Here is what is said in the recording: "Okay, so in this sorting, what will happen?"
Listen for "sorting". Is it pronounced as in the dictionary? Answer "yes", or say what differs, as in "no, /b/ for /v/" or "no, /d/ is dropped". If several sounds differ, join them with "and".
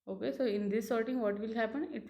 yes